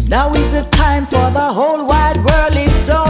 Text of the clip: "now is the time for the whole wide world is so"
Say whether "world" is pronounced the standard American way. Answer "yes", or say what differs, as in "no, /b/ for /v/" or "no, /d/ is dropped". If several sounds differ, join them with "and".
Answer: no, /d/ is dropped